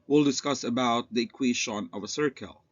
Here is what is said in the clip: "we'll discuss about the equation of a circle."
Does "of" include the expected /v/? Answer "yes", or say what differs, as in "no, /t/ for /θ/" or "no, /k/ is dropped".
yes